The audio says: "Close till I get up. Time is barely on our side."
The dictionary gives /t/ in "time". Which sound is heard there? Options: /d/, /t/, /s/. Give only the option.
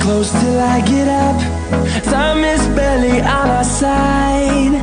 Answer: /s/